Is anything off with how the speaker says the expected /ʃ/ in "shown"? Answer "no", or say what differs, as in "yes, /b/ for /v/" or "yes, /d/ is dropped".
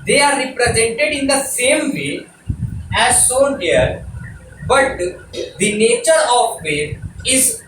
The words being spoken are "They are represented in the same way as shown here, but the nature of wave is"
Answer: yes, /s/ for /ʃ/